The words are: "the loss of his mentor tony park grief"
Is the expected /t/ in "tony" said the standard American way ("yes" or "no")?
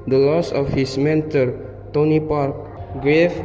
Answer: yes